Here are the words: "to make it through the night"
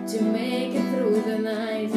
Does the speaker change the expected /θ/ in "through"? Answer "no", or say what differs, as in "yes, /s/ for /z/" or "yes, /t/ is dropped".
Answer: yes, /t/ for /θ/